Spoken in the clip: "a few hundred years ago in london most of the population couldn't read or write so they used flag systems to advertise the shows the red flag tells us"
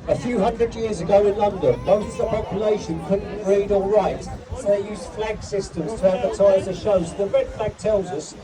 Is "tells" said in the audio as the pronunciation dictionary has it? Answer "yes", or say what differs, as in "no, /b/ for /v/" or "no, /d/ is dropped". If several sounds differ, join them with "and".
yes